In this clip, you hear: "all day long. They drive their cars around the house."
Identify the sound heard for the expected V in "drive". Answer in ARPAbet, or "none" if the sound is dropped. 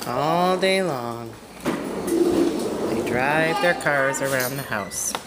V